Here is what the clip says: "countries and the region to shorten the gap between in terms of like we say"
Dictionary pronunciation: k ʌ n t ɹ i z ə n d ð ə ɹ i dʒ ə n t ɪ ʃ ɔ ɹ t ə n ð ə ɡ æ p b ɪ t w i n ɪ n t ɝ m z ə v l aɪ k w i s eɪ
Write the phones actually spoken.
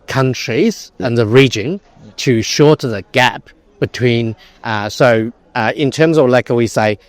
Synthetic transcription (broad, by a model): k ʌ n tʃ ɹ i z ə n ð ə ɹ i dʒ ə n t ɪ ʃ ɔ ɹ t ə ð ə ɡ æ p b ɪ t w i n ɪ n t ɝ m z ə v l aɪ k w i s eɪ